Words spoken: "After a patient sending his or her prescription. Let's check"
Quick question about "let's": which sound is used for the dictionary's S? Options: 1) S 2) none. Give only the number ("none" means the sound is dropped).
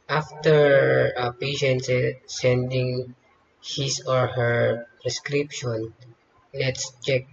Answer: 1